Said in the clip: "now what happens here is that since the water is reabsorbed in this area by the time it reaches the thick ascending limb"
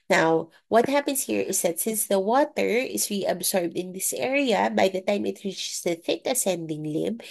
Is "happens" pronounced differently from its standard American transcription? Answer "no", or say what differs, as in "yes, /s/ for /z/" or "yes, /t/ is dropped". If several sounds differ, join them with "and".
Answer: yes, /s/ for /z/